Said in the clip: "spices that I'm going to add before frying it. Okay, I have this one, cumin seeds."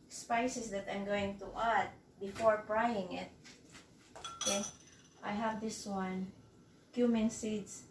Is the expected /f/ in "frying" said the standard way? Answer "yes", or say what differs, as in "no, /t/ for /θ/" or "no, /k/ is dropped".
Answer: no, /p/ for /f/